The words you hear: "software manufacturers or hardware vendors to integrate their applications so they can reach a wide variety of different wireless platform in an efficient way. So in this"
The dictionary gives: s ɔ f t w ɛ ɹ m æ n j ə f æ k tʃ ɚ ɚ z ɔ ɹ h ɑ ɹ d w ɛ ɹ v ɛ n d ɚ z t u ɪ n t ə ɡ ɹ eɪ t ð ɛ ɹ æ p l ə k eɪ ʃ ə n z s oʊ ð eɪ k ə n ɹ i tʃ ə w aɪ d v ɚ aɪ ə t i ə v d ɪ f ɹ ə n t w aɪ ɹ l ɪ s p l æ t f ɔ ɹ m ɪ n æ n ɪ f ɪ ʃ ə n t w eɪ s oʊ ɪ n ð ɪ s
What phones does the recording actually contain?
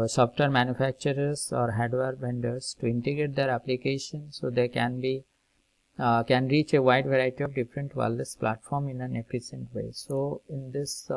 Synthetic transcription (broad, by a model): s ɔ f t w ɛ ɹ m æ n j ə f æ k tʃ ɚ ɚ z ɔ ɹ h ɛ d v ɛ ɹ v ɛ n d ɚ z t u ɪ n t ə ɡ ɹ eɪ t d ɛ ɹ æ p l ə k eɪ ʃ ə n s oʊ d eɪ k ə n ɹ i tʃ ə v aɪ d v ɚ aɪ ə t i ə v d ɪ f ɹ ə n t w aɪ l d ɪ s p l æ t f ɔ ɹ m ɪ n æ n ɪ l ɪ s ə n t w eɪ s oʊ ɪ n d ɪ s